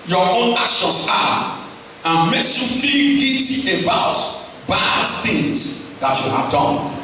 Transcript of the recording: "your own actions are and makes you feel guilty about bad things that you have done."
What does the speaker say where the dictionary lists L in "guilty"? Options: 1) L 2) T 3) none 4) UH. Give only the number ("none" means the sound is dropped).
3